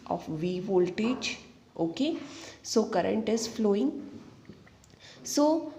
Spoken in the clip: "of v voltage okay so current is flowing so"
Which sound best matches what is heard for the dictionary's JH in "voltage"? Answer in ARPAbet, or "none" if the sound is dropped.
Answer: CH